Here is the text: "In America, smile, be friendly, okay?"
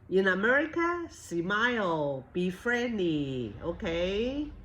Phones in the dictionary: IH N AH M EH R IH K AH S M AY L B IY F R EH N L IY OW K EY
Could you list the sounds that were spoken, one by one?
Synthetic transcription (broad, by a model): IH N AH M EH R IH K AH S M AY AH B IY F R EH N L IY OW K EY